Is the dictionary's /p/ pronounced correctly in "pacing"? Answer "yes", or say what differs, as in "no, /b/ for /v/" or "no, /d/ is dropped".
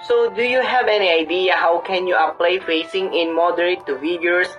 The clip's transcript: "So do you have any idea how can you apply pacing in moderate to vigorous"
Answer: no, /f/ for /p/